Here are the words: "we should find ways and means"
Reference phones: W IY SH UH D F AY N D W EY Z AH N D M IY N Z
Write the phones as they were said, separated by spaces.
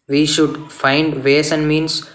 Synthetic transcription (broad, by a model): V IY SH UH D F AY N D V EY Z AH N D M IY N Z